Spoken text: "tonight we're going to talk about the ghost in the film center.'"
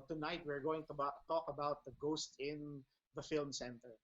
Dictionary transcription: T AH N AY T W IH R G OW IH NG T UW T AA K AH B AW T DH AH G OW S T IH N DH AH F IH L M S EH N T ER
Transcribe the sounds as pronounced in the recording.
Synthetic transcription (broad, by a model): T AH N AY T W IH R G OW IH NG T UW T AA K AH B AW T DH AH G OW S T IH N DH AH F IH L M S EH N T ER